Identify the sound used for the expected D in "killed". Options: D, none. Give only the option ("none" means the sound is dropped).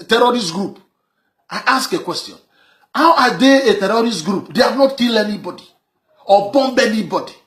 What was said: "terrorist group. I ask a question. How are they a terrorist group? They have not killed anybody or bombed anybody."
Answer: none